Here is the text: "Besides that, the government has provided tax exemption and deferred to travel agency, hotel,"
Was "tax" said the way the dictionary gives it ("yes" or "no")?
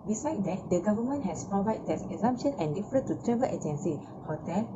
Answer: no